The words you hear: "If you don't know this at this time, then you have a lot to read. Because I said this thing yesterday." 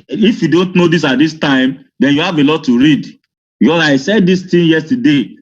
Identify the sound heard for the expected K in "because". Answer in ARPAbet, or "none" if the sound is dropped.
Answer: none